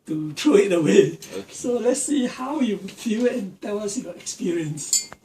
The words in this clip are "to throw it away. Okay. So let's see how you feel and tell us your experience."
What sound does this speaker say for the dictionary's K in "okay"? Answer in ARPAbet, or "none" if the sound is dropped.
none